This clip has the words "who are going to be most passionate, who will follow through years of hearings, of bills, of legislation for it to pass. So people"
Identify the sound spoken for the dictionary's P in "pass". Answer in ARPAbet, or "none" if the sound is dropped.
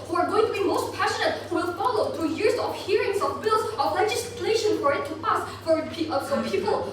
F